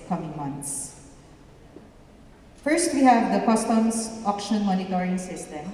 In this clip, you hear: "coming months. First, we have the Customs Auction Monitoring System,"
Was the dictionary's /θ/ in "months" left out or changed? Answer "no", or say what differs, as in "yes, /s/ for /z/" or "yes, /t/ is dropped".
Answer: yes, /t/ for /θ/